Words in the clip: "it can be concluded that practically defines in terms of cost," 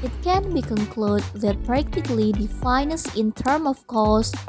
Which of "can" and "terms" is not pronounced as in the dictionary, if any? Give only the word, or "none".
terms